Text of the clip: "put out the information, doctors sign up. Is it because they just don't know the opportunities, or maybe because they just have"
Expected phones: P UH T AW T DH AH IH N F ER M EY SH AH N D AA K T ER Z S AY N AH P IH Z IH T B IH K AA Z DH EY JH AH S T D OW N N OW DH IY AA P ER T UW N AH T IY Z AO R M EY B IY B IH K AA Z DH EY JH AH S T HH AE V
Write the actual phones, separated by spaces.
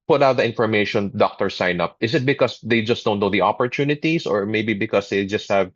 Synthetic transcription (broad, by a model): P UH T AW T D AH IH N F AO M EY SH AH N D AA K T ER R S AY N AH P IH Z IH T B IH K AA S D EY JH AH S T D OW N N OW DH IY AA P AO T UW N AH T IY S AO R M EY B IY B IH K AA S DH EY JH AH S T HH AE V